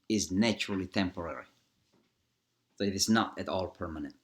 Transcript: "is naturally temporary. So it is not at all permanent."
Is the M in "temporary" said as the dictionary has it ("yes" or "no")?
yes